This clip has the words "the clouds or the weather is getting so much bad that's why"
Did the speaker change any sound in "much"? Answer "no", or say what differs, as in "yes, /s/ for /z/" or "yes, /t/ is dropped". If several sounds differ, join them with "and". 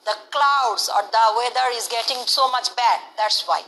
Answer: no